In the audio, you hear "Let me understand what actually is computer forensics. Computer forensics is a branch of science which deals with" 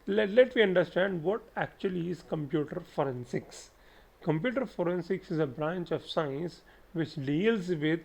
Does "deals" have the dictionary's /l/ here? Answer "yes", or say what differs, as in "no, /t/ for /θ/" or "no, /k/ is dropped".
yes